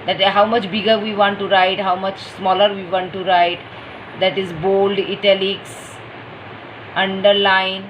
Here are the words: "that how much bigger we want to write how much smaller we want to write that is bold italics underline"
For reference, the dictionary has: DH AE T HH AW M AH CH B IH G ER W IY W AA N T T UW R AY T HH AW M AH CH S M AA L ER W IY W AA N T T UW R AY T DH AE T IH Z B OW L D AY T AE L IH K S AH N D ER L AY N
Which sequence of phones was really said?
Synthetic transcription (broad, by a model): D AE T HH AW M AH CH B IH G ER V IY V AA N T T UW R AY T HH AW M AH CH S M AA L ER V IY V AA N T T UW R AY T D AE T IH Z B OW L D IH T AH L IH K S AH N D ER L AY N